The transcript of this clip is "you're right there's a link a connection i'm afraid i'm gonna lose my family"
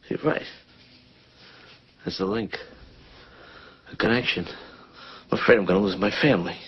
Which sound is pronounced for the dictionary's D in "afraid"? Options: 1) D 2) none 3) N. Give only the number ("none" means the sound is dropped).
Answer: 2